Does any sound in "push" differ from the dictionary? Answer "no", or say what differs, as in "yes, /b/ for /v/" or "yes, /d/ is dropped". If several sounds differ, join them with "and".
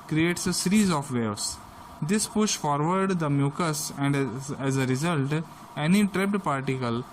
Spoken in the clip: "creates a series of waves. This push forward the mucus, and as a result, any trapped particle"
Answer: no